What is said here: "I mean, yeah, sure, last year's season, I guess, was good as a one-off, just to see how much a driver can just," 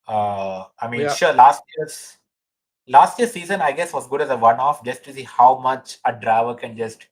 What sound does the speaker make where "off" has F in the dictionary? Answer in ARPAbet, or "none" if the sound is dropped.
F